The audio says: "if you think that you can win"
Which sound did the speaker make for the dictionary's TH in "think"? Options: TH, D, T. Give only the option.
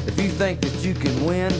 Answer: TH